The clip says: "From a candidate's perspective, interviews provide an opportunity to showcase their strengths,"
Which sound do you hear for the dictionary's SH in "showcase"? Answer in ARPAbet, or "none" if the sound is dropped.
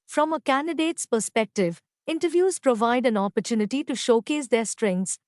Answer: SH